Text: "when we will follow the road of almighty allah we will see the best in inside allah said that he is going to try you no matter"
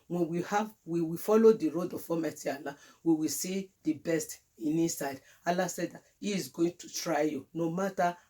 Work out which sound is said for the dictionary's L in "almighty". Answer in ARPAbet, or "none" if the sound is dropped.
none